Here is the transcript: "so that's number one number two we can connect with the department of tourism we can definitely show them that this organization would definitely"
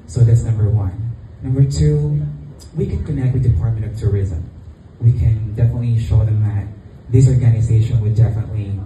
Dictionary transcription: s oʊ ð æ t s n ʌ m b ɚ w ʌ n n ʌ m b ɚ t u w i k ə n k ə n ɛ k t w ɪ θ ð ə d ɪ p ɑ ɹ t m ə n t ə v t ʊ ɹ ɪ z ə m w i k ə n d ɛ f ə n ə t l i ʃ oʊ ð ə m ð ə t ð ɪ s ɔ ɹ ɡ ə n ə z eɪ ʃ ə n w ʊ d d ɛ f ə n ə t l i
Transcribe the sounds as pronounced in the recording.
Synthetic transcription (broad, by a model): s oʊ ð æ t s n ʌ m b ɚ w ʌ n n ʌ m b ɚ t u w i k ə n k ə n ɛ k t w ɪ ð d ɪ p ɑ ɹ t m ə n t ə v t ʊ ɹ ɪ z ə m w i k ə n d ɛ f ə n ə t l i ʃ oʊ ð ə m ð ə t ð ɪ s ɔ ɹ ɡ ə n ə z eɪ ʃ ə n w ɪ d d ɛ f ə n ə t l i